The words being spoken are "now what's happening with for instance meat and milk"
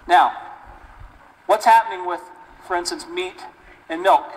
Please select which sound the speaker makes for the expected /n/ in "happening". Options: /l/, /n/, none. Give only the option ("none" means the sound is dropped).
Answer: /n/